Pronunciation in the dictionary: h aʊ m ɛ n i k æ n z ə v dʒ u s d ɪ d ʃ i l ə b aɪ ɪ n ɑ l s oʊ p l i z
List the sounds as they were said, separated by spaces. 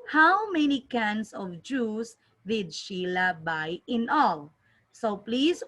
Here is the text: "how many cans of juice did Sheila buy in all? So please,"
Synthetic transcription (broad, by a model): h aʊ m ɛ n i k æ n s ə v dʒ u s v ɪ d ʃ i l ə b aɪ ɪ n ɑ l s oʊ p l i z